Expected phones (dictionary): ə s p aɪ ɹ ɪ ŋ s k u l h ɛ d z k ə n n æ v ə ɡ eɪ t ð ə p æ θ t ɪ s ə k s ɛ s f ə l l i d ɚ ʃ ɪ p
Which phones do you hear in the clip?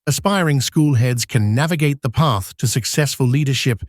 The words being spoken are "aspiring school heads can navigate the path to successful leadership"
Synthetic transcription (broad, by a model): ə s p aɪ ɹ ɪ ŋ s k u l h ɛ d z k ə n n æ v ə ɡ eɪ t ð ə p æ θ t ɪ s ə k s ɛ s f ə l l i d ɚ ʃ ɪ p